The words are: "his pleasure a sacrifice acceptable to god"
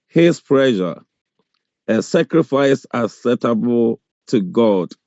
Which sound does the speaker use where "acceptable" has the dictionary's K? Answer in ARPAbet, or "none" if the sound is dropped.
none